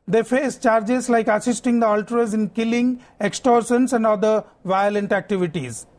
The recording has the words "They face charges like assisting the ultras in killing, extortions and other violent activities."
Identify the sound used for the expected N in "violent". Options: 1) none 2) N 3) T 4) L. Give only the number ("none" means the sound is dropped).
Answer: 2